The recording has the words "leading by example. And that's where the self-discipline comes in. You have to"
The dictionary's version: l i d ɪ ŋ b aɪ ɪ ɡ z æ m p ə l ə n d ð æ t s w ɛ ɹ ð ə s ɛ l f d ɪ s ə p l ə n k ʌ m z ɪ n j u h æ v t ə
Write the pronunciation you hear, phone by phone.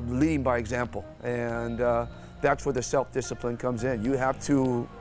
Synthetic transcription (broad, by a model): l i d ɪ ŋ b aɪ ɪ ɡ z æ m p l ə n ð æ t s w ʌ ɹ ð ə s ɛ l f d ɪ s ə p l ə n k ʌ m z ɪ n j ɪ h æ f t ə